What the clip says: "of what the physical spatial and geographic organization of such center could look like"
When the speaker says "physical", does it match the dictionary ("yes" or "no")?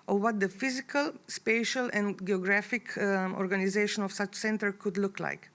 yes